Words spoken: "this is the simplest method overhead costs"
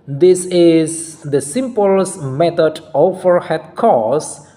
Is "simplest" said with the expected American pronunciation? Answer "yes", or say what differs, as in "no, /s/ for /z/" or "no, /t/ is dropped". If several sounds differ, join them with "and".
no, /l/ is dropped